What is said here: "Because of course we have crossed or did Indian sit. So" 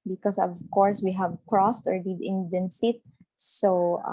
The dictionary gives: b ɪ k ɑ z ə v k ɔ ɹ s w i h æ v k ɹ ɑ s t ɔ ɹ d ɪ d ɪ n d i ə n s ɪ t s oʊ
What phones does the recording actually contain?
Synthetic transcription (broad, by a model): b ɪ k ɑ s ə v k ɔ ɹ s w i h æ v k ɹ ɑ s t ɔ ɹ d ɪ d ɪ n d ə n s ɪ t s oʊ